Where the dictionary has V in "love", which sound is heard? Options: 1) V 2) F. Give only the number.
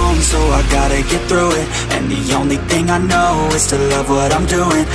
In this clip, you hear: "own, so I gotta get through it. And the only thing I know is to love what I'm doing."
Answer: 1